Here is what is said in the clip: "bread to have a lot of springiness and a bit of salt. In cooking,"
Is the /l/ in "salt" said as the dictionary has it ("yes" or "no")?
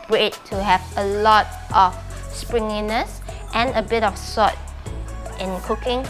no